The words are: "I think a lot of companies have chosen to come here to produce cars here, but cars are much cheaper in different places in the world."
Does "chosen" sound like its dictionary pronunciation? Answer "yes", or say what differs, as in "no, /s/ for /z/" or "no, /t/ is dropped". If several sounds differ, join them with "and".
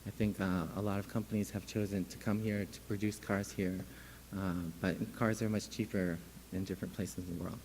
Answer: yes